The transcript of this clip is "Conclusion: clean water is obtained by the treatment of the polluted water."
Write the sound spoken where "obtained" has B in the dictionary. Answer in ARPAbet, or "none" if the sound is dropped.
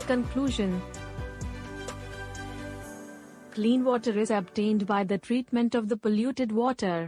B